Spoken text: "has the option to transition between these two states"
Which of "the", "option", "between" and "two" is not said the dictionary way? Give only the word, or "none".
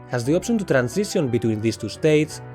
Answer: option